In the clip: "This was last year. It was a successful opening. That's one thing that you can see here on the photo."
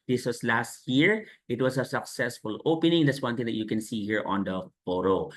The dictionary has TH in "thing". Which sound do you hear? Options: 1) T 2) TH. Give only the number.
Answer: 1